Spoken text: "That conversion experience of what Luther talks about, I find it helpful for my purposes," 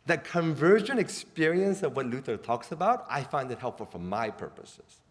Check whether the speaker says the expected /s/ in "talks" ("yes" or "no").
yes